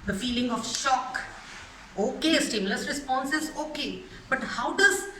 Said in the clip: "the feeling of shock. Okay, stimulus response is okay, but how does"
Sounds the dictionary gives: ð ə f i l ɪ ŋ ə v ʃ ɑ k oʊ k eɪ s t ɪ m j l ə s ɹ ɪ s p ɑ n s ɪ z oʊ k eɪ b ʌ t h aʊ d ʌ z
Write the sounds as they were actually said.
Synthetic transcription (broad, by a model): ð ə f i l ɪ ŋ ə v ʃ ɑ k oʊ k eɪ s t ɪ m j l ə s ɹ ɪ s p ɑ n s ɪ z oʊ k eɪ b ʌ t h aʊ d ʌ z